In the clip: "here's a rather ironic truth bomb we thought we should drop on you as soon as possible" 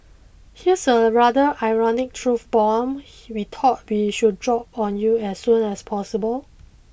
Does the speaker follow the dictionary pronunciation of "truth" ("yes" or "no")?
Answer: no